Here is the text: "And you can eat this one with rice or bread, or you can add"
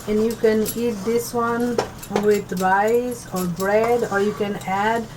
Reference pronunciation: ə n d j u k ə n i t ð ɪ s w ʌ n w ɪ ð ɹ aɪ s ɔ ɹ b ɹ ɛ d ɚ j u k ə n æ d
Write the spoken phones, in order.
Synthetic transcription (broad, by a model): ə n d j u k ə n i t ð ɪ s w ʌ n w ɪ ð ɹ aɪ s ɔ ɹ b ɹ ɛ d ɚ j u k ə n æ d